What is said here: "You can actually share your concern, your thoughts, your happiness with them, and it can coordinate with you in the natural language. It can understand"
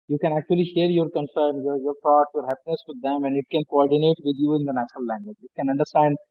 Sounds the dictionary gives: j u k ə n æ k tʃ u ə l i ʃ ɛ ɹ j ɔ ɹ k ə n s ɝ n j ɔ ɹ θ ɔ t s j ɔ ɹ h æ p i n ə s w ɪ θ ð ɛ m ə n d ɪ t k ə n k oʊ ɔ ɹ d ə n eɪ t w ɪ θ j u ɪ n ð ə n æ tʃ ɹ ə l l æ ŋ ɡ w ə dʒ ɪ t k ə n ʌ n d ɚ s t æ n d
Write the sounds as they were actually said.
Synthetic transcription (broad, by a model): j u k ə n æ k tʃ u ə l i ʃ ɛ ɹ j ɔ ɹ k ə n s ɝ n j ɔ ɹ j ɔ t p j ɔ ɹ h æ p i n ə s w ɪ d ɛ m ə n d ɪ t k ə n k oʊ ɔ ɹ d ə n eɪ t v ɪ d j u ɪ n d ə n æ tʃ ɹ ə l l æ ŋ ɡ w ə dʒ ɪ t k ə n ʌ n d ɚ s t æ n d